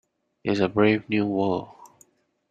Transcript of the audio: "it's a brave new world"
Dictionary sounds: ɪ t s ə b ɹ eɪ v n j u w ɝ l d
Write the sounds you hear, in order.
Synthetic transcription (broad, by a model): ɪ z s ə b ɹ eɪ v n j u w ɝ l